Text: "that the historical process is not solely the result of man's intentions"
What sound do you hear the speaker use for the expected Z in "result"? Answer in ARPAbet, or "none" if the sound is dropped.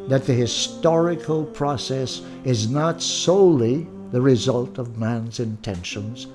Z